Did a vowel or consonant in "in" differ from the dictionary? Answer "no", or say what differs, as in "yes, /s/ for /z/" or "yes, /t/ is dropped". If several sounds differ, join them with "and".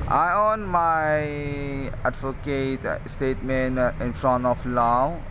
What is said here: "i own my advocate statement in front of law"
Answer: no